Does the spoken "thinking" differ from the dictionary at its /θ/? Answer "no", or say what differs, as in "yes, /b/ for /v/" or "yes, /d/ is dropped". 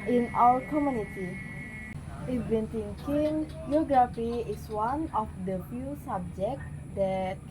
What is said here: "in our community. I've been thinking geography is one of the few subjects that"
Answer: yes, /t/ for /θ/